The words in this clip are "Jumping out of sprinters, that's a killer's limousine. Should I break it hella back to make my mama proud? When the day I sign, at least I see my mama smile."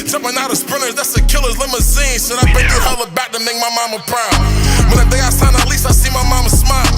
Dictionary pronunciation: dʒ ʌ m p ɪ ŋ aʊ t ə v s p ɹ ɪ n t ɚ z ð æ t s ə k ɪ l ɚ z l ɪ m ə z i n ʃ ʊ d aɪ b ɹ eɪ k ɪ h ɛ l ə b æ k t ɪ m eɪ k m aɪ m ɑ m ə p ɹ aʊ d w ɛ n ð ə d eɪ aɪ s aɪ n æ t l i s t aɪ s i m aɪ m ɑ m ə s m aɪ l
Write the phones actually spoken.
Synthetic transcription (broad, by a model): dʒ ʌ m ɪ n aʊ t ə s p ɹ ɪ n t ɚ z ð æ t s ə k ɪ l ɚ z l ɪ m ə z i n s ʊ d aɪ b eɪ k ɪ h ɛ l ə b æ k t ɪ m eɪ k m aɪ m ɑ m ə p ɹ aʊ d w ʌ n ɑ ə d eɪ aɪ s aɪ n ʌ t l i s t aɪ s i m aɪ m ɑ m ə s m aɪ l